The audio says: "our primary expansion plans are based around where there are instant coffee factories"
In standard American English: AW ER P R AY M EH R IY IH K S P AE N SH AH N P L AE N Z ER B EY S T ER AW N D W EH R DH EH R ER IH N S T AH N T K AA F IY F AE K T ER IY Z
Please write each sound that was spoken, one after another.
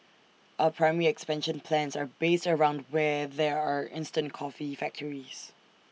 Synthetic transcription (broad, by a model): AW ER P R AY M EH R IY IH K S P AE N SH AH N P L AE N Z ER B EY S T ER AW N D W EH DH EH R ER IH N S T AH N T K AA F IY F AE K T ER IY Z